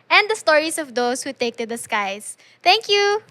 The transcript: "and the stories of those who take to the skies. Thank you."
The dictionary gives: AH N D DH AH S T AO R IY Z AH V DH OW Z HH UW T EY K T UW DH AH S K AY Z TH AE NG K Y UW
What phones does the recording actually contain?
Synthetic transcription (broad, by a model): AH N D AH S T AO R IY S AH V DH OW S HH UW T EY K T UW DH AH S K AY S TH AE NG K Y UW